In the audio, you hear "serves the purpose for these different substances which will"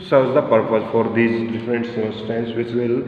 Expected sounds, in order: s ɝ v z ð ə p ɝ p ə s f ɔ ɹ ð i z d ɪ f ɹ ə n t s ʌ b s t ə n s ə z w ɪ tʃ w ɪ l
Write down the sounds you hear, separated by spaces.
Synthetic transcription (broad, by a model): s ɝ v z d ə p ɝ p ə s f ɔ ɹ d i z d ɪ f ɹ ə n t s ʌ s t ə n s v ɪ tʃ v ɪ l